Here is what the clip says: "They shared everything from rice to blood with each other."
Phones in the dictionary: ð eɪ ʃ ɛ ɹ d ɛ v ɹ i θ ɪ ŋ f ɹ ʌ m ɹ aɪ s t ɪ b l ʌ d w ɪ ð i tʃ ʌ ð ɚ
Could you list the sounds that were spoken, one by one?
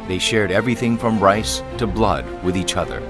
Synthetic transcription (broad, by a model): ð eɪ ʃ ɛ ɹ d ɛ v ɹ i θ ɪ ŋ f ɹ ʌ m ɹ aɪ s t ɪ b l ʌ d w ɪ ð i tʃ ʌ ð ɚ